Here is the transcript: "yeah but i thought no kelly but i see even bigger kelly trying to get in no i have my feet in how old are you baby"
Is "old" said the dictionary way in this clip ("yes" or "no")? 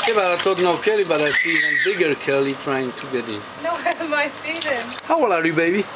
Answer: no